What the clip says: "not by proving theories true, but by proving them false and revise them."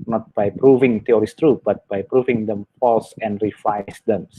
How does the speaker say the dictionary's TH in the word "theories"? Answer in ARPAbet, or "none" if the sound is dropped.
T